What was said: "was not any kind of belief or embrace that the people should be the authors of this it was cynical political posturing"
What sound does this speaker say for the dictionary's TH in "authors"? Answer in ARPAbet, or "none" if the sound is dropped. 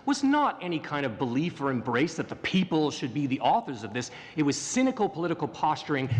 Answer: TH